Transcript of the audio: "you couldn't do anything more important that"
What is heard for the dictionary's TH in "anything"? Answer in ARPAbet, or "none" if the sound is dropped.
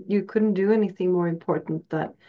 TH